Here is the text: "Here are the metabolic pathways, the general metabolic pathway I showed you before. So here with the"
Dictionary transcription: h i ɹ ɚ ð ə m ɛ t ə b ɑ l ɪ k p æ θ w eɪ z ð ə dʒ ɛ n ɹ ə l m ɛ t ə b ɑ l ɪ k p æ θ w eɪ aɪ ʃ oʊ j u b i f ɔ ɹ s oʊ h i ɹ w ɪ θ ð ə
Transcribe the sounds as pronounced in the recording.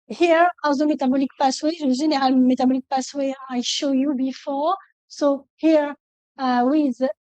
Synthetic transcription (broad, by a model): h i ɹ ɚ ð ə m ɛ t ə b ɑ l ɪ k p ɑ s w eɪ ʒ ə ʒ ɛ n ɹ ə l m ɛ t ə b ɑ l ɪ k p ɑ s w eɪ aɪ ʃ oʊ j u b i f ɔ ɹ s oʊ h i ɹ w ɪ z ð